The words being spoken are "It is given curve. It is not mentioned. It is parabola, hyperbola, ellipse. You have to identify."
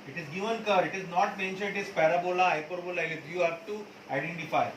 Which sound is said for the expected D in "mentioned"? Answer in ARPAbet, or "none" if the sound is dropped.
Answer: none